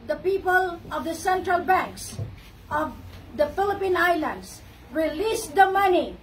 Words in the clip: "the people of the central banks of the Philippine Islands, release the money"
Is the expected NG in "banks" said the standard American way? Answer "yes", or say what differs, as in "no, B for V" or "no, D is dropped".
yes